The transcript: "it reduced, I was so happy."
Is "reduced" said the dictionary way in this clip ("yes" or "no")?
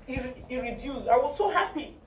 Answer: no